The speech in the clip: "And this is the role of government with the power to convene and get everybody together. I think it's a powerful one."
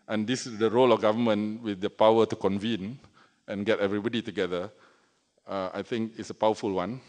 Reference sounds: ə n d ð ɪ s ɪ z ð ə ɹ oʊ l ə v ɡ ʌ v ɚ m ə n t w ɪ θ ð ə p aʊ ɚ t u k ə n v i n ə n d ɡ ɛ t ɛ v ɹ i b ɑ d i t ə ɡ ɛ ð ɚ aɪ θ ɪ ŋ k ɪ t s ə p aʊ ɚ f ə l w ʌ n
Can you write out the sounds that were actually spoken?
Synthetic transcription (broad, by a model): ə n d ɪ s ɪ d ə ɹ oʊ l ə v ɡ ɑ v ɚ m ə n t w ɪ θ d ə p aʊ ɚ t u k ə n v i n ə n ɡ ɛ t ɛ v ɹ i b ɑ d i t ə ɡ ɛ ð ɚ aɪ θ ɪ ŋ k ɪ t s ə p aʊ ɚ f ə l w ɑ n